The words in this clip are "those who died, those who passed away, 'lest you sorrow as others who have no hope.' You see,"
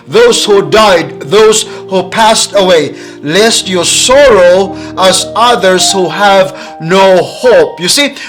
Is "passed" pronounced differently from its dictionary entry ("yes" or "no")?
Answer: no